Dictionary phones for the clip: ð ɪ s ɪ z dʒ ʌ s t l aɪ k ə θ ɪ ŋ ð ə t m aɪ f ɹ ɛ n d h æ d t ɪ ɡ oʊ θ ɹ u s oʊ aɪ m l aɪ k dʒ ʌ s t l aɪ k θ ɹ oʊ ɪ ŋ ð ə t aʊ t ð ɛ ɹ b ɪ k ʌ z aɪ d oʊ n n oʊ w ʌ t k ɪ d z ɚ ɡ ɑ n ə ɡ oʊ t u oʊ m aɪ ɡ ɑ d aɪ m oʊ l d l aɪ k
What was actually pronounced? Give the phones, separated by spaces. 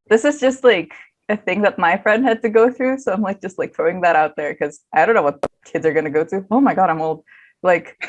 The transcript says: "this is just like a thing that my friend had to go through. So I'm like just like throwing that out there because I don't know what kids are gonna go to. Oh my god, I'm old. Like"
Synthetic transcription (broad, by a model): ð ɪ s ɪ z dʒ ʌ s t l aɪ k ə θ ɪ ŋ ð ə t m aɪ f ɹ ɛ n d h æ d t ɪ ɡ oʊ θ ɹ u s oʊ aɪ m l aɪ k dʒ ʌ s t l aɪ k f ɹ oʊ ɪ ŋ ð ə t aʊ t ð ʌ ɹ k ʌ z aɪ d oʊ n n oʊ w ʌ t k ɪ d z ɚ ɡ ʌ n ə ɡ oʊ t u oʊ m aɪ ɡ ɑ d aɪ m oʊ l d l aɪ k